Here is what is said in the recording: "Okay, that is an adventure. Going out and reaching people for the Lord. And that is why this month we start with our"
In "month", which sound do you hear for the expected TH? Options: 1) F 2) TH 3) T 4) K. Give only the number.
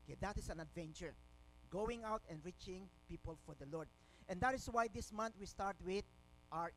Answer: 3